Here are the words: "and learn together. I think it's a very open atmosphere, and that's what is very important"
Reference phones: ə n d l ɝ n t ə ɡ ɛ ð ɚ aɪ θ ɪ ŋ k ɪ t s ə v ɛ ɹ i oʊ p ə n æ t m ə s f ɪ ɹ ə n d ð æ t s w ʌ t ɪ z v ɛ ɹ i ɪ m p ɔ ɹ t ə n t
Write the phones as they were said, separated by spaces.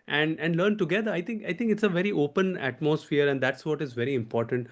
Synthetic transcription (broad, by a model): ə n d l ɝ n t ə ɡ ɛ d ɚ aɪ t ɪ ŋ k ɪ t s ə v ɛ ɹ i oʊ p ə n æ t m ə s f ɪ ɹ ə n d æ t s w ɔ t ɪ z v ɛ ɹ i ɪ m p ɔ ɹ t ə n t